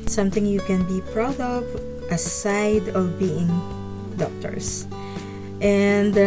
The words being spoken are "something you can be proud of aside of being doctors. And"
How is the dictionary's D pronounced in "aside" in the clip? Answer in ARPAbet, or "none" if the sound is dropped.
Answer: D